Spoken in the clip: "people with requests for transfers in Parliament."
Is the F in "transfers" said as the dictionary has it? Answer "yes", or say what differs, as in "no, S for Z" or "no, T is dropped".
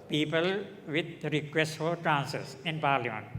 no, F is dropped